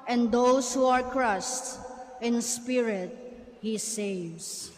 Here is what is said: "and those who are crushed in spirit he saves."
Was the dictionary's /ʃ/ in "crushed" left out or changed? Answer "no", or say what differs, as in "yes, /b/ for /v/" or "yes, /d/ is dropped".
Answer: yes, /s/ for /ʃ/